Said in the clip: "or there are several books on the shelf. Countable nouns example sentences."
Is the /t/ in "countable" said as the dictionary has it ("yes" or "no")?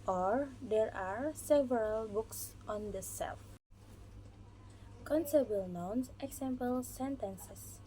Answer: no